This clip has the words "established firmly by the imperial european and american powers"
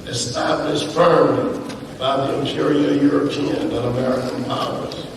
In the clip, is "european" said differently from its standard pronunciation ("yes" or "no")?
no